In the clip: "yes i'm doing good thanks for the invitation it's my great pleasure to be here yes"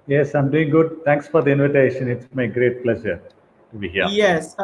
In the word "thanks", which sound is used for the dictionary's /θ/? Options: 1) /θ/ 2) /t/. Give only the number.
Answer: 2